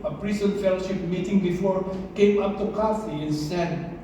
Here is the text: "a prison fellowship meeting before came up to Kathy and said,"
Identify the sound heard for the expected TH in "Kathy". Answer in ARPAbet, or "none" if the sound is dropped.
F